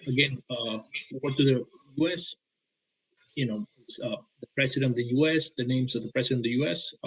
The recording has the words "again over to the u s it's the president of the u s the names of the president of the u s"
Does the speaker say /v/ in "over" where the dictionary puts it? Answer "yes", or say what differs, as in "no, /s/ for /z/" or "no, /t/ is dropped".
no, /v/ is dropped